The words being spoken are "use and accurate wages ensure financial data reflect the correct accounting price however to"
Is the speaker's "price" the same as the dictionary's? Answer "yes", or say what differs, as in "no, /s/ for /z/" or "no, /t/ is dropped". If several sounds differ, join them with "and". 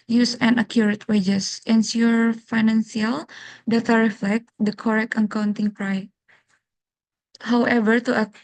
no, /s/ is dropped